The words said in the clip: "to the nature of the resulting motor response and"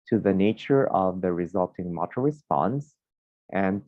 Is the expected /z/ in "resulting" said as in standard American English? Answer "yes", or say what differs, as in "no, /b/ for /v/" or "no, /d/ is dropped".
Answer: yes